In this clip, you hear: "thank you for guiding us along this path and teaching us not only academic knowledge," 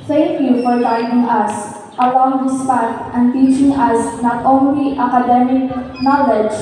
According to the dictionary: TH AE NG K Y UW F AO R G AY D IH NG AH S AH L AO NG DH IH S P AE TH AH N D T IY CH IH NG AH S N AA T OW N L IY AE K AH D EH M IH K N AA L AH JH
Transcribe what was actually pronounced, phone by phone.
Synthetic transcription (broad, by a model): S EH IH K Y UW F AO R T AY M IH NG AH S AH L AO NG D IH S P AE T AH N T IY CH IH NG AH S N AA T OW N L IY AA K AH D EH M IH K N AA L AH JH